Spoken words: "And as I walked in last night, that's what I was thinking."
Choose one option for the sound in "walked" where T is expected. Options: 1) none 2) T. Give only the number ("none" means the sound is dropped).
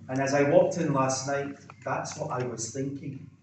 2